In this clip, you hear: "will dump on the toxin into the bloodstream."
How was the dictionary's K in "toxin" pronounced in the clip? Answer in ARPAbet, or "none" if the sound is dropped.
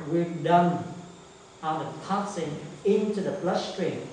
none